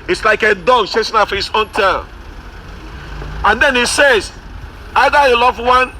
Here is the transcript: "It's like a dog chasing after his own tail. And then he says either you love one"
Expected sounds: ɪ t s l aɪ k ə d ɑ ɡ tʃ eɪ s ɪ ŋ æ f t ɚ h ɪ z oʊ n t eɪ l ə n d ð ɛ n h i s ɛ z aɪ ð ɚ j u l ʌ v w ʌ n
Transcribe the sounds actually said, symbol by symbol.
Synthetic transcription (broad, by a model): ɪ t s l aɪ k ə d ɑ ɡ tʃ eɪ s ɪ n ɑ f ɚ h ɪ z oʊ n t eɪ n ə n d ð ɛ n h i s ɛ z aɪ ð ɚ j u l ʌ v w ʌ n